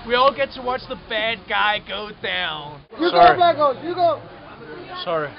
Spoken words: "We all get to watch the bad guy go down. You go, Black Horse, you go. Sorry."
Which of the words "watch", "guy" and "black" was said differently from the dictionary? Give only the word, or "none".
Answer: none